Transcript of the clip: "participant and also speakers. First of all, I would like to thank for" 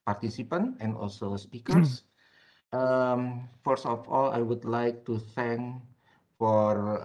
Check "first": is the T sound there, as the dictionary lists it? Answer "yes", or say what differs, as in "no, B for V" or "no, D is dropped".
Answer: no, T is dropped